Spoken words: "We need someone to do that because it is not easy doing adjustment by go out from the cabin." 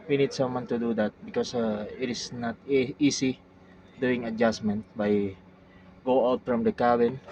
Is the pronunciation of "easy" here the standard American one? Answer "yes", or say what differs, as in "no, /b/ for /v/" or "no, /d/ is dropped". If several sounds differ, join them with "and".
no, /s/ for /z/